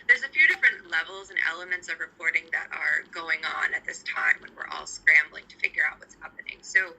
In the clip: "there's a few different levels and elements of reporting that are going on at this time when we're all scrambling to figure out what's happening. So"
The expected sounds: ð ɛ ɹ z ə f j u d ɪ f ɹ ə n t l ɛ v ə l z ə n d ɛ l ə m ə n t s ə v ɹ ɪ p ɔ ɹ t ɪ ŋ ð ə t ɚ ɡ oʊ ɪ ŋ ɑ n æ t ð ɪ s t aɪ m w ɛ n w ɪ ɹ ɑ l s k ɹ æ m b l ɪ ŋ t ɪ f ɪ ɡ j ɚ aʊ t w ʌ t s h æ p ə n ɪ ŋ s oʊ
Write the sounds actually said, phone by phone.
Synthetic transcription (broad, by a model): ð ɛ ɹ z ə f j u d ɪ f ɹ ə n t l ɛ v l z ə n ɛ l ə m ə n t s ə v ɹ ɪ p ɔ ɹ t ɪ ŋ ð ə t ɚ ɡ oʊ ɪ ŋ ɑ n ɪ t ð ɪ s t aɪ m w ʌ n w ɪ ɹ ɑ l s k ɹ æ m b l ɪ ŋ t ɪ f ɪ ɡ j ɚ aʊ t w ʌ t s h æ p ə n ɪ ŋ s oʊ